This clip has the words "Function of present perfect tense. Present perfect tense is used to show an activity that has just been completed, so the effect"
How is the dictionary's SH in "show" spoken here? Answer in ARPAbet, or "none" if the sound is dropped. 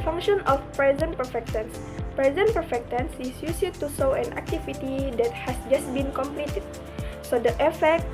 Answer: S